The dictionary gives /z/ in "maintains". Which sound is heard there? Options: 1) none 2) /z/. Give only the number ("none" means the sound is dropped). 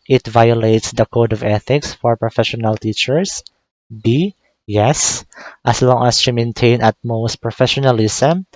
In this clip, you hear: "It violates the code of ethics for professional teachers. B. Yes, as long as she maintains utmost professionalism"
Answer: 1